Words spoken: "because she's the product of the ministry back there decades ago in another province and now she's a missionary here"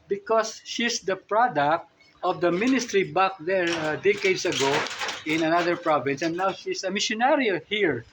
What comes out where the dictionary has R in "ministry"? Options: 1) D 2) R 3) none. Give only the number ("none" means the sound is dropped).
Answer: 2